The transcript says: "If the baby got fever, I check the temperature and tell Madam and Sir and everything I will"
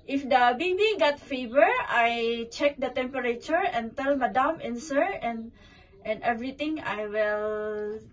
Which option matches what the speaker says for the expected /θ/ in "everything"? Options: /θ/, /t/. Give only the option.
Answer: /t/